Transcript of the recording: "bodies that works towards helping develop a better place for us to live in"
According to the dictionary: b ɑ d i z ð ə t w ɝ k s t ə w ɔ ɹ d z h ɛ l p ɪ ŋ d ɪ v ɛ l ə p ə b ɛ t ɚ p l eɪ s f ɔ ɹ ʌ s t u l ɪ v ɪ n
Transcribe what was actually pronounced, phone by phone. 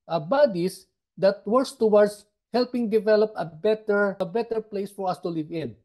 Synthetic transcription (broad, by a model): b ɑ d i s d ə t w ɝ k s t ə w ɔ ɹ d s h ɛ l p ɪ ŋ d ɪ v ɛ l ə p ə b ɛ t ɚ p l eɪ s f ɔ ɹ ʌ s t u l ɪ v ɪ n